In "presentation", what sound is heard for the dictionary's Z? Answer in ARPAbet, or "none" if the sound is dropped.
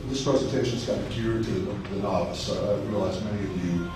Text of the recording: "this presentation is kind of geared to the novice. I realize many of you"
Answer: Z